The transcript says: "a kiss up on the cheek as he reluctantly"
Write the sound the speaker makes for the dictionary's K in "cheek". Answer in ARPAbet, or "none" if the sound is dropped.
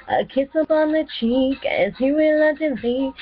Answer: K